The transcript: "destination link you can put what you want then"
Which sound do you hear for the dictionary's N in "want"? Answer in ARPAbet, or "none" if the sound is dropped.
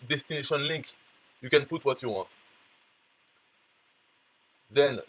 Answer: none